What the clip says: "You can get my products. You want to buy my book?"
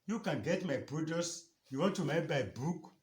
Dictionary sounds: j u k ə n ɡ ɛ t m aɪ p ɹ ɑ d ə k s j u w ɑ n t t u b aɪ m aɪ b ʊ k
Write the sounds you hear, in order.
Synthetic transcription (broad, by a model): j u k ə n ɡ ɛ t m aɪ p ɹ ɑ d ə s j u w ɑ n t t u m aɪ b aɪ b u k